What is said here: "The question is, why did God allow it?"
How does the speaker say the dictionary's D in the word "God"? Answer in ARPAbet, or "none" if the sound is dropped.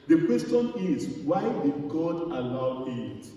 D